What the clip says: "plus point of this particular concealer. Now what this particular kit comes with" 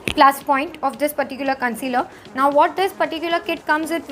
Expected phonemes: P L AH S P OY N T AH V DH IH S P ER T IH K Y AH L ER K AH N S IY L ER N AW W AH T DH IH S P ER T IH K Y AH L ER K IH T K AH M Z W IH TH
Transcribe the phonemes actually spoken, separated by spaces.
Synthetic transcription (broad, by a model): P L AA S P OY N T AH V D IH S P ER T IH K Y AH L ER K AH N S IY L ER N AW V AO T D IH S P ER T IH K Y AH L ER K IH T K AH M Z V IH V